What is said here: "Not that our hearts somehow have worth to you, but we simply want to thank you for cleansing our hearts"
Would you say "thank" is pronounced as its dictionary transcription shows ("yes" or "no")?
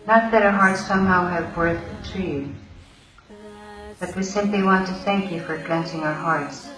yes